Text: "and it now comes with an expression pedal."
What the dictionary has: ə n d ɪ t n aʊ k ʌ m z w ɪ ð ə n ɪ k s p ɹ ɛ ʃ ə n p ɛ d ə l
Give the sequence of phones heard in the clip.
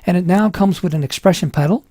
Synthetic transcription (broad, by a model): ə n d ɪ t n aʊ k ʌ m z w ɪ ð ə n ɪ k s p ɹ ɛ ʃ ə n p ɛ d l